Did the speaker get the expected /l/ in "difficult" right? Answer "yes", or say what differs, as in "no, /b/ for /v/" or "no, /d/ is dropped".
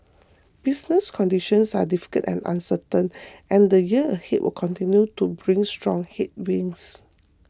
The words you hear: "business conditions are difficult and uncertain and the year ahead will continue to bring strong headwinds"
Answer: no, /l/ is dropped